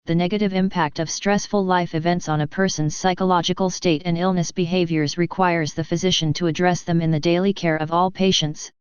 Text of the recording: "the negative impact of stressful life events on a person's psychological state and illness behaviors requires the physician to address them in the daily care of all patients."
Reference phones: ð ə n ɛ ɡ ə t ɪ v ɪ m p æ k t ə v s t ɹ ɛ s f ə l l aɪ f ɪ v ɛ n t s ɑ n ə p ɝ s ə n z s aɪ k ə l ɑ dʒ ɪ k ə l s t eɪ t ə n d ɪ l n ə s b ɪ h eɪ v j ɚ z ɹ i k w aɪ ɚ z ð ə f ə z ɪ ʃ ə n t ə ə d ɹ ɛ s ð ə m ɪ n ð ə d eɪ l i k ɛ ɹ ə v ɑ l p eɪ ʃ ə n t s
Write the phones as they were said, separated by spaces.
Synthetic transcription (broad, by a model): ð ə n ɛ ɡ ə t ɪ v ɪ m p æ k t ə v s t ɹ ɛ s f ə l l aɪ f ɪ v ɛ n t s n ə p ɝ s ə n z s aɪ k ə l ɑ dʒ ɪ k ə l s t eɪ t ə n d ɪ l n ə s b ɪ h eɪ v j ɚ z ɹ i k w aɪ ɚ z ð ə f ə z ɪ ʃ ə n t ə ə d ɹ ɛ s ð ə m ɪ n ð ə d eɪ l i k ɛ ɹ ə v ɑ l p eɪ ʃ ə n t s